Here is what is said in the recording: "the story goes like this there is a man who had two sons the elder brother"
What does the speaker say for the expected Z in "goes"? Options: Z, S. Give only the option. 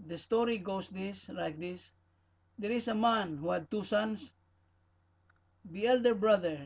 S